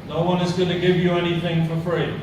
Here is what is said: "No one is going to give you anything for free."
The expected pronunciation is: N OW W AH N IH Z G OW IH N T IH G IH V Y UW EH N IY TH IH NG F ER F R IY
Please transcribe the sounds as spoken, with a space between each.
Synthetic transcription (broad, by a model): N OW W AH N IH Z G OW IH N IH G IH V Y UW EH N IY TH IH NG F ER F R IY